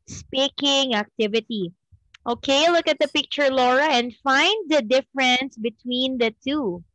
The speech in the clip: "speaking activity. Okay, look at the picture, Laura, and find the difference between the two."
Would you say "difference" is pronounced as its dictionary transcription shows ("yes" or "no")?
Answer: yes